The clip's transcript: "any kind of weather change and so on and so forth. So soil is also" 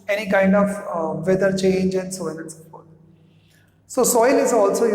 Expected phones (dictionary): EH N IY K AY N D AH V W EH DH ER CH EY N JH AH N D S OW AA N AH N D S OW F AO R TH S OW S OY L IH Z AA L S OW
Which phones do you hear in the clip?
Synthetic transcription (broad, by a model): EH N IY K AY N D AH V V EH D ER CH EY N JH AH N D S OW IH L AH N S OW P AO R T S OW S OY L IH Z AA L S OW